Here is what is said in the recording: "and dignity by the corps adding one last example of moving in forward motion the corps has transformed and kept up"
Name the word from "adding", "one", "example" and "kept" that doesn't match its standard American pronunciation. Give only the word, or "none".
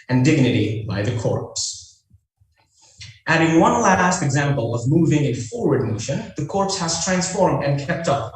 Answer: none